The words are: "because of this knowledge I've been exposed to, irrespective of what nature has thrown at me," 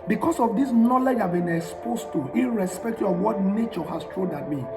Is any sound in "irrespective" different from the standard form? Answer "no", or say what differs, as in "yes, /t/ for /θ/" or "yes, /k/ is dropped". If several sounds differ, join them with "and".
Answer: yes, /v/ is dropped